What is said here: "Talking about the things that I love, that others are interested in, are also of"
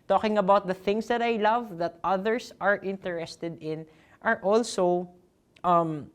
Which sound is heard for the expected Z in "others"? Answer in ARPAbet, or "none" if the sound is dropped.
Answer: S